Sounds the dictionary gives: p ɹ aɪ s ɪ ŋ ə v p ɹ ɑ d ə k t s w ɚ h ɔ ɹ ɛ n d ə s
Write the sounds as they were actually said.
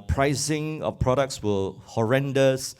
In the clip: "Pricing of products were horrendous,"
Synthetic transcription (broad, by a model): p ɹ aɪ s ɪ ŋ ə f p ɹ ɑ d ə k t s w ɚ h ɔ ɹ ɛ n d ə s